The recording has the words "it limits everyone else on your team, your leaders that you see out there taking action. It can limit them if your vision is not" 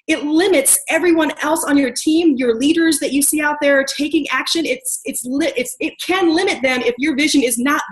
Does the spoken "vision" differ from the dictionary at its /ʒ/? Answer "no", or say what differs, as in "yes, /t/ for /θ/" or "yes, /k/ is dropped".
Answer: no